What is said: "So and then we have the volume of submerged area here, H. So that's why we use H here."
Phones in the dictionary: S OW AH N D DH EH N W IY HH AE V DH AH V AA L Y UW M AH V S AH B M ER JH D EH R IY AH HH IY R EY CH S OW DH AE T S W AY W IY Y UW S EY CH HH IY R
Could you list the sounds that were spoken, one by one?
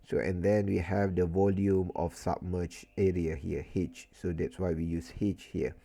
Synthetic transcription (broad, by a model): S OW AH N D EH N W IY HH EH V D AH V AA L Y UW M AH F S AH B M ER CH EH R IY AH HH IY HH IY CH S OW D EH T S W AY W IY Y UW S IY CH HH IY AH